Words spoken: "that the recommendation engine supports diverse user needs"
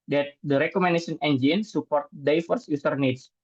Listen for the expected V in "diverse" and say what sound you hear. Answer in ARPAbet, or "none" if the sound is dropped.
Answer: F